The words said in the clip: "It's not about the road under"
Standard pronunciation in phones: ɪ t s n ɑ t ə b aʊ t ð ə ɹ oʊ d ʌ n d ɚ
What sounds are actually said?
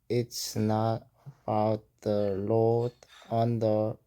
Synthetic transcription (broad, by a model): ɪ t s n ɑ t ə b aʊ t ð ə l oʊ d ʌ n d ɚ